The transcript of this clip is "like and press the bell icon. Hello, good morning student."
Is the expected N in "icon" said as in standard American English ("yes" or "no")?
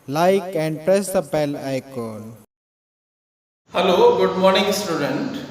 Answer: no